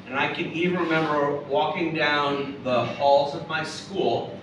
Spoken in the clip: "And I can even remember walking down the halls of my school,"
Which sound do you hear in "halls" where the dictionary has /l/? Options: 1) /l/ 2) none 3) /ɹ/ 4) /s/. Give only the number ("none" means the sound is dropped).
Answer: 1